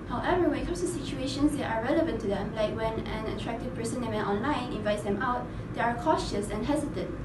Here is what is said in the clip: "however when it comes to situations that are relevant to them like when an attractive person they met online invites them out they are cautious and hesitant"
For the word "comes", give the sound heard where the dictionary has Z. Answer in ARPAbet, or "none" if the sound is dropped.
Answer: S